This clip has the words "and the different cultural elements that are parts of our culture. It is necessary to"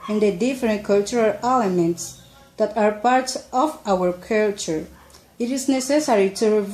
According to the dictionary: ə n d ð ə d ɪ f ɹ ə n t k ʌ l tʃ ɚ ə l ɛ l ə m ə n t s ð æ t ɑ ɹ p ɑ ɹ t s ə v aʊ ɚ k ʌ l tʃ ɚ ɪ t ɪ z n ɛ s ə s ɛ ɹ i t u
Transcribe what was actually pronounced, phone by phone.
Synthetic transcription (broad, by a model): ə n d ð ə d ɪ f ɹ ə n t k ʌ l tʃ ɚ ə l ɛ l ə m ə n t s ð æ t ɑ ɹ p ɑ ɹ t ə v aʊ ɚ k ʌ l tʃ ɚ ɪ t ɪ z n ɛ s ə s ɛ ɹ i t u